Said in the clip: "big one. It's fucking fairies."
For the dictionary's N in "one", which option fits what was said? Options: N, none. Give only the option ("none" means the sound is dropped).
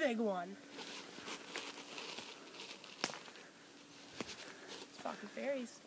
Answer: N